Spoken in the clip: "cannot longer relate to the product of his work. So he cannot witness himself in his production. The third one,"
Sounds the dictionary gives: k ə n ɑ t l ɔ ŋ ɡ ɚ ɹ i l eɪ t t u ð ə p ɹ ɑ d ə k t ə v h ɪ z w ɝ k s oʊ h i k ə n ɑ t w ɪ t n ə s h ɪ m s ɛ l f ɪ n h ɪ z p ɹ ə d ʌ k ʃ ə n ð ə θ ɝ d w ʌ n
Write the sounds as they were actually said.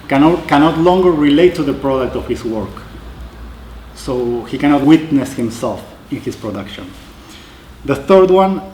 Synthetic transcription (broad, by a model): k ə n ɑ t l ɔ ŋ ɡ ɚ ɹ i l eɪ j t u ð ə p ɹ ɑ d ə k t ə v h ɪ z w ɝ k s oʊ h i k ə n ɑ t w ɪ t n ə s h ɪ m s ɛ l f ɪ n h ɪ s p ɹ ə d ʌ k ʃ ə n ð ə θ ɝ d w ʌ n